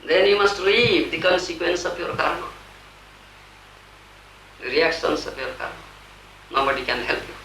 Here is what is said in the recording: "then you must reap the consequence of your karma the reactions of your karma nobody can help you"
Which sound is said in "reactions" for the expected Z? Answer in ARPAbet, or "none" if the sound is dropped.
S